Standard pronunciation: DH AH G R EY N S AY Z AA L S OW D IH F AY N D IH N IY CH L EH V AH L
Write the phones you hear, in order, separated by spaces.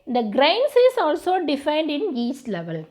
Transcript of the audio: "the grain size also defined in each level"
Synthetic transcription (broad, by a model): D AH G R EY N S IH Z AA L S OW D IH F AY N D IH N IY S L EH V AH L